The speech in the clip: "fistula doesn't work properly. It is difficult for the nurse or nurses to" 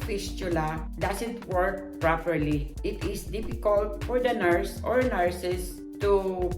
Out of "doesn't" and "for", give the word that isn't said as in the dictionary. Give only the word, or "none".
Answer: doesn't